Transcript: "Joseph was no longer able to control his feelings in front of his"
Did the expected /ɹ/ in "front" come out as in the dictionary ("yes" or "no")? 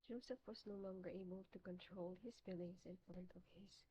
no